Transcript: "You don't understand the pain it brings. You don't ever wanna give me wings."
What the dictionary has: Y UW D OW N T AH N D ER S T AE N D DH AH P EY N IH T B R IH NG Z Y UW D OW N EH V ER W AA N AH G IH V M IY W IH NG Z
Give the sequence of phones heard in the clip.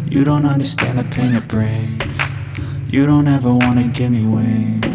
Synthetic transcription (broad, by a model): Y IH D OW N T AH N D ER S T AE N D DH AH P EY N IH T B R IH Z Y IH D OW N EH V ER W AA N AH G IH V M IY W IH